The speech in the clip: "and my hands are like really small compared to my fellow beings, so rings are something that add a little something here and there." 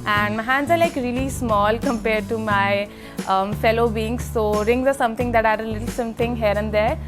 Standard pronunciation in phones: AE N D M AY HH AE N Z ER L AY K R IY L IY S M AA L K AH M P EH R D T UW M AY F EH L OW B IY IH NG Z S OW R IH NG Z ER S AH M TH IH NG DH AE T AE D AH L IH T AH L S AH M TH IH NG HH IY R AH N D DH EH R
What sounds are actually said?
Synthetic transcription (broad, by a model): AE N D M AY HH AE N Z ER L AY K R IY L IY S M AA L K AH M P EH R D T UW M AY F EH L OW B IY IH NG S OW R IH NG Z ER S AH M T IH NG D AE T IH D AH L IH T AH L S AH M T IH NG HH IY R AH N D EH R